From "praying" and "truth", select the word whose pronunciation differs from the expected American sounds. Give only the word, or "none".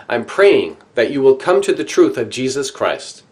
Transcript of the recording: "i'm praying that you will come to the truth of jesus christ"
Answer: none